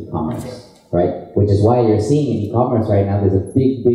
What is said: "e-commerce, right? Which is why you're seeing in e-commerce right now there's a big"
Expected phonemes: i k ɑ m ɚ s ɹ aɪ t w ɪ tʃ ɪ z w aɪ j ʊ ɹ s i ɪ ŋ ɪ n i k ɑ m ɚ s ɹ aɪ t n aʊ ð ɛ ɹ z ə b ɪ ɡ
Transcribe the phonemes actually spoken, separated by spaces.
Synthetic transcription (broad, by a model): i k ɑ m ɚ s ɹ aɪ t w ɪ tʃ ɪ z w aɪ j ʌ ɹ s i ɪ ŋ ɪ n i k ɑ m ɚ s ɹ aɪ t n aʊ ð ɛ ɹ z ə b ɪ ɡ